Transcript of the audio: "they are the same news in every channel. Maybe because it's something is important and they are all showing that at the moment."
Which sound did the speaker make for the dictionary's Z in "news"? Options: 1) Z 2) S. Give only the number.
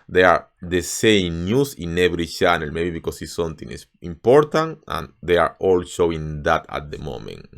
2